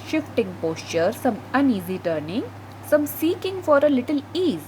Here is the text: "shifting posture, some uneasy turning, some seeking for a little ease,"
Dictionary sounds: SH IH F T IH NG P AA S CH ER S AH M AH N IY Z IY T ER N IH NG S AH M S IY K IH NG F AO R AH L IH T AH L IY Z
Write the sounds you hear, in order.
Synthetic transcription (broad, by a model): SH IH F T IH NG P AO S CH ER S AH M AH N IY Z IY T ER N IH NG S AH M S IY K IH NG F AO R AH L IH T AH L IY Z